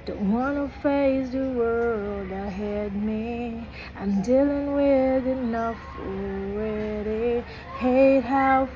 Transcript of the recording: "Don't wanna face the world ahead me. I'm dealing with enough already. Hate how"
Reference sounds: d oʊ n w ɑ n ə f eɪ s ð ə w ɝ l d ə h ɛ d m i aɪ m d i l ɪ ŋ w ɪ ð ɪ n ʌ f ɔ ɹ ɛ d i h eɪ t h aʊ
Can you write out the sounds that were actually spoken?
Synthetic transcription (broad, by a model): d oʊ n w ɑ n ə f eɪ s ð ə w ɝ l d ə h ɛ d m i aɪ m d i l ɪ ŋ w ɪ ð ɪ n ʌ f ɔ w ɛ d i h eɪ t h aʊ